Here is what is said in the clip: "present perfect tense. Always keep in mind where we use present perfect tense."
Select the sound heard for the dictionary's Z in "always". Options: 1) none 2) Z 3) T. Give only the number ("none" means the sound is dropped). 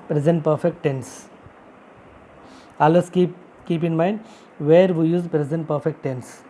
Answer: 1